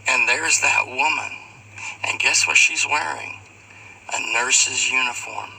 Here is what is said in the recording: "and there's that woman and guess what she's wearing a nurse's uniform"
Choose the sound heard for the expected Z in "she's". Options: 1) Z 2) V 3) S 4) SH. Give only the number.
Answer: 1